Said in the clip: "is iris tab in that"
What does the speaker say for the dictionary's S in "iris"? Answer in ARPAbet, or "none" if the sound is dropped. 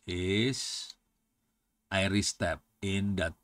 S